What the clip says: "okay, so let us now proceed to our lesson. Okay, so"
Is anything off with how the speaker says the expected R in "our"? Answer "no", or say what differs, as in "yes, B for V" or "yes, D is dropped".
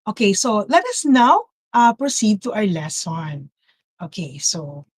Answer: no